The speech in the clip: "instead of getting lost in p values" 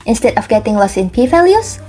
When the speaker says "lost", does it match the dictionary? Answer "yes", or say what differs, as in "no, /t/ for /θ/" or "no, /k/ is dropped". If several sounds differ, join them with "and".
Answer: no, /t/ is dropped